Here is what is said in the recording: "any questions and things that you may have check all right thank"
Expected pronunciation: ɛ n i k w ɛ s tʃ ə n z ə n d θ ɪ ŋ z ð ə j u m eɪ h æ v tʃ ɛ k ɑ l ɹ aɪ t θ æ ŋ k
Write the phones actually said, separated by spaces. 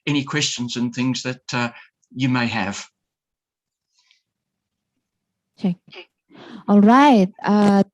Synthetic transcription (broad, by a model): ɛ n i k w ɛ s tʃ ə n z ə n θ ɪ ŋ z ð ə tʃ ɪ m eɪ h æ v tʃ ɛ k ɑ l ɹ aɪ t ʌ